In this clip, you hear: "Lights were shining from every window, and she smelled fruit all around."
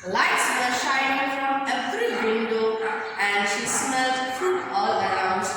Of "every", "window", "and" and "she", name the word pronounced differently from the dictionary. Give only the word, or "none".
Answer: every